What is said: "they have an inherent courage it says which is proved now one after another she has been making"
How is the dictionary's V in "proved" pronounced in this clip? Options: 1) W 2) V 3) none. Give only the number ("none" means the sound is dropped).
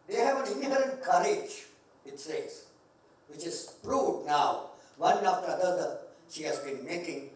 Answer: 3